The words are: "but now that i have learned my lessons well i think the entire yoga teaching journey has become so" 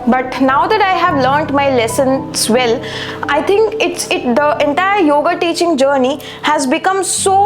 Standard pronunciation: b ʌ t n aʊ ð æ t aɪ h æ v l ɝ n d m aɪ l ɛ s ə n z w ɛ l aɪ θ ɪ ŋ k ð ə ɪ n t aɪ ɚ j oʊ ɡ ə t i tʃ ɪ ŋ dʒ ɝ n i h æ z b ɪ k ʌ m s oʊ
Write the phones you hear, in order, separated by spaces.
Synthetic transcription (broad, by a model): b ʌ t n aʊ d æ t aɪ h æ v l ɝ n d m aɪ l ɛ s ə n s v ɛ l aɪ t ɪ ŋ k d ə ɪ n t aɪ ɚ j oʊ ɡ ə t i tʃ ɪ ŋ dʒ ɝ n i h æ z b ɪ k ʌ m s oʊ